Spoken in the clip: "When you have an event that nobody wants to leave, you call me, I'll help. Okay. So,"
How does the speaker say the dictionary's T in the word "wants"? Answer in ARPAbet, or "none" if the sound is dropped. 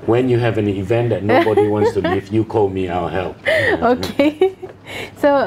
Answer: S